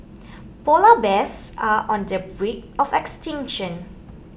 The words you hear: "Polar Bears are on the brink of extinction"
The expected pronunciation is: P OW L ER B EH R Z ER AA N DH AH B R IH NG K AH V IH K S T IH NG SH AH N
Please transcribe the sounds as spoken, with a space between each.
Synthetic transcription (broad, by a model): P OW L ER B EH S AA AA N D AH B R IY K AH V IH K S T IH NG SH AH N